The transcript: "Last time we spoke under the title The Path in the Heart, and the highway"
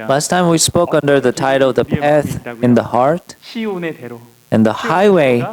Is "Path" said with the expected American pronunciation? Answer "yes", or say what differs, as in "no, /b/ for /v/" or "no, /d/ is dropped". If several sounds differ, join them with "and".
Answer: yes